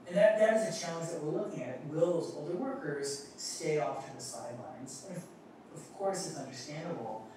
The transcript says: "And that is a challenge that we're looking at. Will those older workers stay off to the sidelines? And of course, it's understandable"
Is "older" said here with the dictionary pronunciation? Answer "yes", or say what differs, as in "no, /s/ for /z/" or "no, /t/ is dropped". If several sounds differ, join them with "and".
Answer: yes